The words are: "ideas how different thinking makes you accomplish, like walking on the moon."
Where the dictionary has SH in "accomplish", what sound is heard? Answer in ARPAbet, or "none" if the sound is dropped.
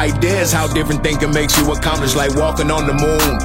S